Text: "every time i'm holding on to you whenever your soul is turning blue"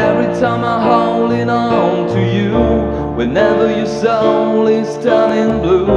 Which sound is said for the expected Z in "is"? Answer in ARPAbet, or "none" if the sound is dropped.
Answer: S